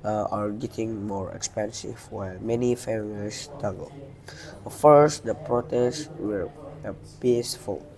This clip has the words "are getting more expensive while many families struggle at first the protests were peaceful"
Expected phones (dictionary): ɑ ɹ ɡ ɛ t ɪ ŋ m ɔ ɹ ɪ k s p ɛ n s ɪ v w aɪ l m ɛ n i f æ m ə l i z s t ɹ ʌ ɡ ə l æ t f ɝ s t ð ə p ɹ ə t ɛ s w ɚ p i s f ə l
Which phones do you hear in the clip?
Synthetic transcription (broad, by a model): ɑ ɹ ɡ ɛ t ɪ ŋ m ɔ ɹ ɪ k s p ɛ n s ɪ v w aɪ l m ɛ n i f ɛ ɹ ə i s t ʌ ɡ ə l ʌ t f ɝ s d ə p ɹ ə t ɛ s w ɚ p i s f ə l